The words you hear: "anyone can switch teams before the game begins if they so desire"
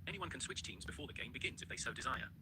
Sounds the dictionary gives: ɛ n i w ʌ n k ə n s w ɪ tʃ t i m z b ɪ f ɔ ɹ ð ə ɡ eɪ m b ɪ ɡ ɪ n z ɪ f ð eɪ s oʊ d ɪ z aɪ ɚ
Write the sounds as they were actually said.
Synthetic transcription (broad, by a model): ɛ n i w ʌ n k ə n s w ɪ tʃ t i m z b ɪ f ɔ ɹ ð ə ɡ eɪ m b ɪ ɡ ɪ n z ɪ f ð eɪ s oʊ d ɪ z aɪ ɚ